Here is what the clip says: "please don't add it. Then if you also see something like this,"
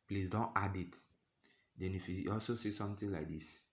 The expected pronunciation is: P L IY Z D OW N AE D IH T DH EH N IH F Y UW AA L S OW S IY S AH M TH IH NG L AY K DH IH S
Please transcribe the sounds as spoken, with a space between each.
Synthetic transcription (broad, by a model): P L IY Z D OW N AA D IH T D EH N IH F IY AA L S OW S IY S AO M T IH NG L AY K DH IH S